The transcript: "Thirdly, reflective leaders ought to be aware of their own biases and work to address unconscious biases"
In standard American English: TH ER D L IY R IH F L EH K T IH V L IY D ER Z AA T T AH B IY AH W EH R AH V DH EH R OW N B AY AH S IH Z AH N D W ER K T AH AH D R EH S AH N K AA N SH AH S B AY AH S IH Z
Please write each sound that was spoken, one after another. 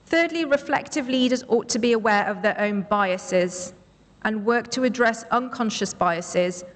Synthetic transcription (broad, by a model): TH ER D L IY R IH F L EH K T IH V L IY D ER Z AA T T AH B IY AH W EH R AH V DH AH R OW N B AY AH S IH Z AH N W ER K T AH AH D R EH S AH N K AA N SH AH S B AY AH S IH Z